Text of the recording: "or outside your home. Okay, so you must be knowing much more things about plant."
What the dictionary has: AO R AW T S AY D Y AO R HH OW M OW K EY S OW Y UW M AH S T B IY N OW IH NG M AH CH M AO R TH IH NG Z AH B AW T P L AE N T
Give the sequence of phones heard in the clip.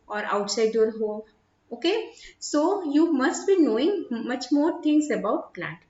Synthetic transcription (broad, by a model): AO R AW T S AY D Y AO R HH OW OW K EY S OW Y UW M AH S T B IY N OW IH NG M AH CH M AO R T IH NG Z AH B AW T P L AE N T